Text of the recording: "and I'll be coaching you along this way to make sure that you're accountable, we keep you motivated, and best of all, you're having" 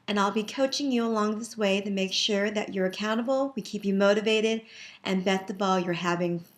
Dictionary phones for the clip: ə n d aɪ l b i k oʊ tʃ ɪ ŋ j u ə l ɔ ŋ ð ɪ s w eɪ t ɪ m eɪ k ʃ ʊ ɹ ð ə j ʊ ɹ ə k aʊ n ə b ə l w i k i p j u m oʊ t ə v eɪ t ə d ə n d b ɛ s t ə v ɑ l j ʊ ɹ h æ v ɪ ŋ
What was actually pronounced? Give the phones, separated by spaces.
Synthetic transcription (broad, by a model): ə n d aɪ l b i k oʊ tʃ ɪ ŋ j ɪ ə l ɔ ŋ ð ɪ s w eɪ t ɪ m eɪ k ʃ ʊ ɹ ð ə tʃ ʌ ɹ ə k aʊ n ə b l w i k i p j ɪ m oʊ t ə v eɪ t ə d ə n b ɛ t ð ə b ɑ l j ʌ ɹ h æ v ɪ ŋ